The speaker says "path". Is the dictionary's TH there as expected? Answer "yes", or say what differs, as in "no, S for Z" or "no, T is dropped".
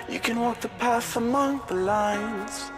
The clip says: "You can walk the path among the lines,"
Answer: no, S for TH